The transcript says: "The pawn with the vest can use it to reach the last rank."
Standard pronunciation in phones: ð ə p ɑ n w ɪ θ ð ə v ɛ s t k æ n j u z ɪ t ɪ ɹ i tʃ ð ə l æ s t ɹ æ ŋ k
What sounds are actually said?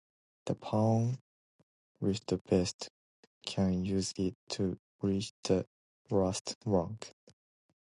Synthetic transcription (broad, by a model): ð ə p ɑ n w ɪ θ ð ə b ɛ s t k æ n j u z ɪ t ɪ ɹ i tʃ ð ə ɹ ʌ s t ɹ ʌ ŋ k